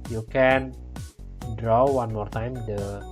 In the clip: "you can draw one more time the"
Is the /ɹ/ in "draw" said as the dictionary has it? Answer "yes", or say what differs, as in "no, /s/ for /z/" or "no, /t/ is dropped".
yes